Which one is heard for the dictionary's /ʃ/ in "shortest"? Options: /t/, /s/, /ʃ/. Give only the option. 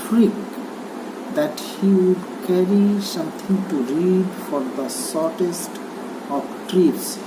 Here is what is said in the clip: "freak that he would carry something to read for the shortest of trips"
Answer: /s/